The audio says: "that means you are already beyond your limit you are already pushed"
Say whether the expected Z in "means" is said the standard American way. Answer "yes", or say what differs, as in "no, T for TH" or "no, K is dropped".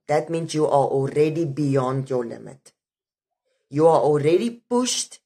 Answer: no, S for Z